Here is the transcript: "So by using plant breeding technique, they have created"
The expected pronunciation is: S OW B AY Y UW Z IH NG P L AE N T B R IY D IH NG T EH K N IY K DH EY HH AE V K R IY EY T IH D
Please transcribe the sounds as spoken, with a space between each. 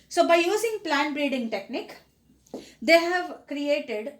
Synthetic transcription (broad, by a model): S OW B AY Y UW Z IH NG P L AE N B R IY D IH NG T EH K N IY K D EY HH AE V K R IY EY T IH D